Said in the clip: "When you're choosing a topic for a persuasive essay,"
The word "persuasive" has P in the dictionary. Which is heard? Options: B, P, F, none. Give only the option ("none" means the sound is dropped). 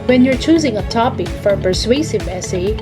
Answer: P